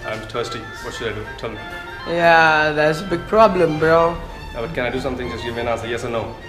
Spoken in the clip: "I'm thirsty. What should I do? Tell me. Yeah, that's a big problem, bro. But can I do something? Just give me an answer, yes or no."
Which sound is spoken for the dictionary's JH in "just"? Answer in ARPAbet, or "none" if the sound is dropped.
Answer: Z